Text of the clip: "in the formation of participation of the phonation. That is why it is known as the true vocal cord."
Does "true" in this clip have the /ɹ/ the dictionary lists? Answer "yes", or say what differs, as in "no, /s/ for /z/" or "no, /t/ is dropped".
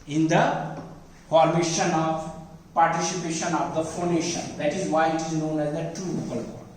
no, /ɹ/ is dropped